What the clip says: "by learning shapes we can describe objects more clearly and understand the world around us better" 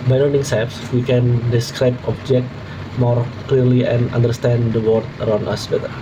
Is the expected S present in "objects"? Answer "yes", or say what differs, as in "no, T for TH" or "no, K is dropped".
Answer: no, S is dropped